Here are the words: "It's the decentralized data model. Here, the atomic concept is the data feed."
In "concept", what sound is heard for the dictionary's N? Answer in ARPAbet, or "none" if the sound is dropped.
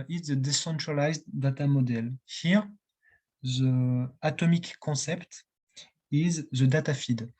none